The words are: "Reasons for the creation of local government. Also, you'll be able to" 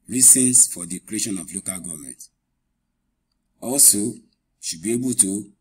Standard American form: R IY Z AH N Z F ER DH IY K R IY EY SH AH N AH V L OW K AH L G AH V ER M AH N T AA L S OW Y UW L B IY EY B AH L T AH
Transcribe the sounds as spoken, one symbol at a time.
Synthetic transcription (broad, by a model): R IY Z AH N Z F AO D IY K R IY EY SH AH N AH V L OW K AH L G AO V M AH N T AA L S OW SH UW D B IY EY B AH L T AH